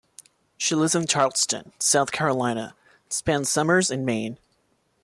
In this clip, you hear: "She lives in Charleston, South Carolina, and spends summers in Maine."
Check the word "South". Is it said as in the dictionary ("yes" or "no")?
yes